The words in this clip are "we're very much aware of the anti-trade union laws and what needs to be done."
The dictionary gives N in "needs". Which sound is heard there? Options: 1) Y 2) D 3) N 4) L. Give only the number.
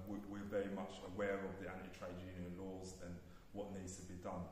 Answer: 3